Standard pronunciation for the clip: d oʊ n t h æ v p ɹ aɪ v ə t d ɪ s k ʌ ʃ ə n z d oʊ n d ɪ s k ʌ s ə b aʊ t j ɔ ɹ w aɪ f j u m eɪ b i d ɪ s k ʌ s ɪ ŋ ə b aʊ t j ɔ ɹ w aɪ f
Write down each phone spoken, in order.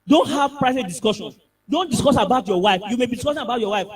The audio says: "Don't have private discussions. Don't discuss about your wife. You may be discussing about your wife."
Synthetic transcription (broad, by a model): d oʊ n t h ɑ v p ɹ aɪ v ə t d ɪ s k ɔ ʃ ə n d oʊ n d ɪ s k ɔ s ə b aʊ t j ɔ w aɪ f j u m eɪ b i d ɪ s k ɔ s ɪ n ə b aʊ t j ɔ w aɪ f